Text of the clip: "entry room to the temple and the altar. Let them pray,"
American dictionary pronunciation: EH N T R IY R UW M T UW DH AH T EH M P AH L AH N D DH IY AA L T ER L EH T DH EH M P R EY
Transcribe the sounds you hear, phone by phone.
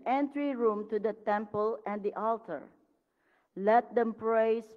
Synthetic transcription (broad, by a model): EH N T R IY R UW M T UW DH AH T EH M P AH L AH N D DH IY AA L T ER L EH T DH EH M P R EY